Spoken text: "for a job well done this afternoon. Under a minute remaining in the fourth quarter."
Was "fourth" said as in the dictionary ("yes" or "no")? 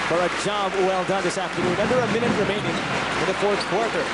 yes